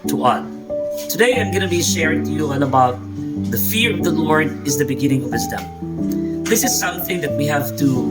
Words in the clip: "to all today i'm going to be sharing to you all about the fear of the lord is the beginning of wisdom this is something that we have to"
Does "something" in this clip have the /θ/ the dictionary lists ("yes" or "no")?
yes